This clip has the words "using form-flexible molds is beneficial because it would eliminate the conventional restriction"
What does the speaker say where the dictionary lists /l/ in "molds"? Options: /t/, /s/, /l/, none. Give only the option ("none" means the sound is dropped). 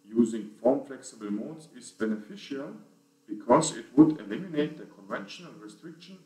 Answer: none